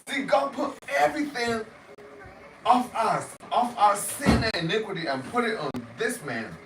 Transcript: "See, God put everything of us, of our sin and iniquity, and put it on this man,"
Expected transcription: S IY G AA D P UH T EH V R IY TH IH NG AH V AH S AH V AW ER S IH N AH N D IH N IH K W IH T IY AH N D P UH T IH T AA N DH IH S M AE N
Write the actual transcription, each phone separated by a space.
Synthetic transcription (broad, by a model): S IY G AA D P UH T EH V R IY TH IH NG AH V AH S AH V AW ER S IH N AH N IH N IH K W IH T IY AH N P UH T IH T N DH IH S M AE N